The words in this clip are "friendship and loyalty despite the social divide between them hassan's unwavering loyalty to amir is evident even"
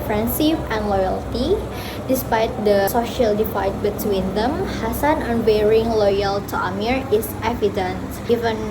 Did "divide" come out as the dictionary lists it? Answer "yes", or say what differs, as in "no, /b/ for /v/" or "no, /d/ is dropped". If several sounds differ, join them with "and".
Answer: no, /f/ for /v/